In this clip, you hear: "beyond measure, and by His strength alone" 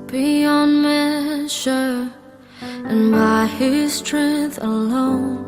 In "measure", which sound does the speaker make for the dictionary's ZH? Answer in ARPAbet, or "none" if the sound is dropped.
SH